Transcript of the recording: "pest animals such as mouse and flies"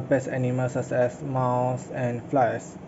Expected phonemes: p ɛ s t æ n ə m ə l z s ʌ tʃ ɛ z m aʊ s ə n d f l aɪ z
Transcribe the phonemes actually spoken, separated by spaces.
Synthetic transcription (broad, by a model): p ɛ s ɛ n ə m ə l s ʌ s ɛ s m aʊ s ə n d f l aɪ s